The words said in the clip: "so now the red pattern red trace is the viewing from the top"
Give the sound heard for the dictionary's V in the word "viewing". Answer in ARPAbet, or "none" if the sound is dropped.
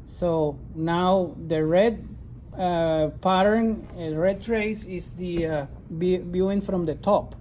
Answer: B